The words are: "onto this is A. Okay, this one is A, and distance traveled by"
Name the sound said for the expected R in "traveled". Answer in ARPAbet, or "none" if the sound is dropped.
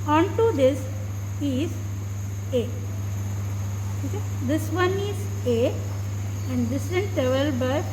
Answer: none